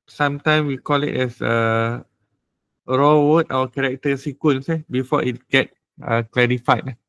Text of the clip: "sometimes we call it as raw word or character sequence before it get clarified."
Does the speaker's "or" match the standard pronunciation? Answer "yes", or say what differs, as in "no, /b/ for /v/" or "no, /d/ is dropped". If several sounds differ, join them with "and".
no, /w/ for /ɹ/